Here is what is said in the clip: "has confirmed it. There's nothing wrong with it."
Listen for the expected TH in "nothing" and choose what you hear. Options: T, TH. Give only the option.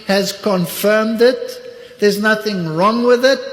TH